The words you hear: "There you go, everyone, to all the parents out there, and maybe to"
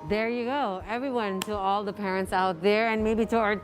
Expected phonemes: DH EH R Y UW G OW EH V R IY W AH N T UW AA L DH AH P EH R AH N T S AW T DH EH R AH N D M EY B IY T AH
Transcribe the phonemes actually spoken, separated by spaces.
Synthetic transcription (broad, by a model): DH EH R Y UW G OW EH V R IY W AH N T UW AA L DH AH P EH R AH N T S AW T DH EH R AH N M EY B IY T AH